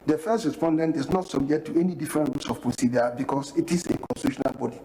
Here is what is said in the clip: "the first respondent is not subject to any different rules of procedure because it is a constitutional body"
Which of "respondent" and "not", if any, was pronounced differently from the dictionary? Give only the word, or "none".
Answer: none